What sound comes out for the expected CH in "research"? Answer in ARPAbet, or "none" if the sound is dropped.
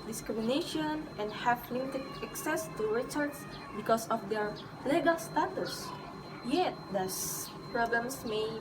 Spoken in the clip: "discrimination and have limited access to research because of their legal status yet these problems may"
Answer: S